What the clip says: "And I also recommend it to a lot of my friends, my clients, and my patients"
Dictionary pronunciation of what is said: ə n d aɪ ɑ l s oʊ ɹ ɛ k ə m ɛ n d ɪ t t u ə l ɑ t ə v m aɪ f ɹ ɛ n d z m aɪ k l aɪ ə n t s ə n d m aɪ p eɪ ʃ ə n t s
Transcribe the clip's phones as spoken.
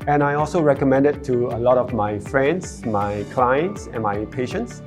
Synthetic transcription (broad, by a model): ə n aɪ ɑ l s oʊ ɹ ɛ k ə m ɛ n d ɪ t t u ə l ɑ t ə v m aɪ f ɹ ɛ n d s m aɪ k l aɪ ə n t s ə n m aɪ p eɪ ʃ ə n t s